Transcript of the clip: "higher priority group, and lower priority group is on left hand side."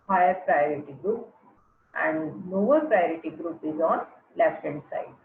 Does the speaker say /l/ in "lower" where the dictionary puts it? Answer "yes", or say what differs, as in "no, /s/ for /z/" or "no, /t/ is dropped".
no, /n/ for /l/